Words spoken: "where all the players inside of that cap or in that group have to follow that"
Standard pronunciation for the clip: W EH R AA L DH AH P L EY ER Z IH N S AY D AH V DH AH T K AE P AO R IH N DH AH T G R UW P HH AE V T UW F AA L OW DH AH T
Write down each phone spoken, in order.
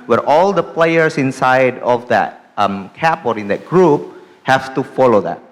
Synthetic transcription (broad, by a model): W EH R AA L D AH P L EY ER S IH N S AY D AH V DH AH T K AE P AO R IH N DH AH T G R UW P HH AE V T UW F AA L OW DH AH T